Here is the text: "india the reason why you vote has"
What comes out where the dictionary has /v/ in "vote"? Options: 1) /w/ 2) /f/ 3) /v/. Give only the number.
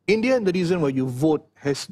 3